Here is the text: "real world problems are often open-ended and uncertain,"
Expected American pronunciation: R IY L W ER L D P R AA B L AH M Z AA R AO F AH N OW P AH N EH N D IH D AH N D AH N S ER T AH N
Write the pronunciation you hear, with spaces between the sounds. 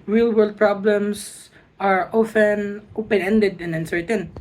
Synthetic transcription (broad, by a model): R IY L W ER L D P R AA B L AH M S AA R AO F AH N OW P AH N EH N D IH D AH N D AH N S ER T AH N